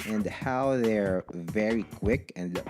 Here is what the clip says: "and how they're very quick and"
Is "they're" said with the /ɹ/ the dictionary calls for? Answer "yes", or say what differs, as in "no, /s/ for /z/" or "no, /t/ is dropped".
yes